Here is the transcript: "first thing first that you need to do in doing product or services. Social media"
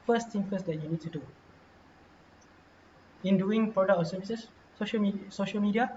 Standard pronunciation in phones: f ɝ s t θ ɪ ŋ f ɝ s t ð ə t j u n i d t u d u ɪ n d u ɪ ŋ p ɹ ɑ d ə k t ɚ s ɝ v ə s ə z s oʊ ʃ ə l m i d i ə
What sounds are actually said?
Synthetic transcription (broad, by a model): f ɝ s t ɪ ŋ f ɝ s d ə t j u n i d t u d u ɪ n d u ɪ ŋ p ɹ ɑ d ə k t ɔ s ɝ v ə s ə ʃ s oʊ ʃ ə l m i d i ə